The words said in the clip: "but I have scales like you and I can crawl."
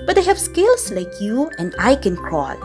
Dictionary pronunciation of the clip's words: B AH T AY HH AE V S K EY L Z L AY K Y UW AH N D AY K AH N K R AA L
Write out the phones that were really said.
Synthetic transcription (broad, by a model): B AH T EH HH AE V S K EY L S L AY K Y UW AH N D AY K AH N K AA L